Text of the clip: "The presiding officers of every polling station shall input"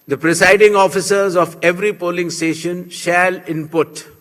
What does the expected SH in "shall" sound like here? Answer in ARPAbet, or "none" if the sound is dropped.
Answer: SH